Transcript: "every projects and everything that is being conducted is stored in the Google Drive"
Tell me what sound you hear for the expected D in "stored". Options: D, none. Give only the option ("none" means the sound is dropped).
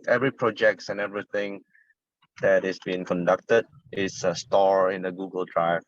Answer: none